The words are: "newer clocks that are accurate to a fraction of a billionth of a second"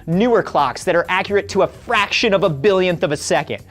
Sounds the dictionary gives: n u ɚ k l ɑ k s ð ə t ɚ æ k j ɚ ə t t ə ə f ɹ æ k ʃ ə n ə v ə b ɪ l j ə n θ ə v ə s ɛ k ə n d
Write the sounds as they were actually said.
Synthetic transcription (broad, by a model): n u ɚ k l ɑ k s ð ə t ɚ æ k j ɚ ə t t ə ə f ɹ æ k ʃ ə n ə v ə b ɪ l j ə n θ ə v ə s ɛ k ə n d